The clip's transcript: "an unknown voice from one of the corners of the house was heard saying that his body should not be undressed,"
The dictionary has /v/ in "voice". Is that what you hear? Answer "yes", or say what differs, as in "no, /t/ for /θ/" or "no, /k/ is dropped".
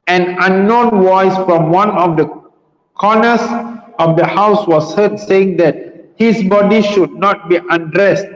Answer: no, /w/ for /v/